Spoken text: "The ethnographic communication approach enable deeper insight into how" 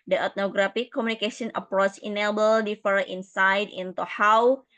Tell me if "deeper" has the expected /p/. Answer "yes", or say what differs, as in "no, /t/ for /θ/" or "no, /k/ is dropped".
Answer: no, /f/ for /p/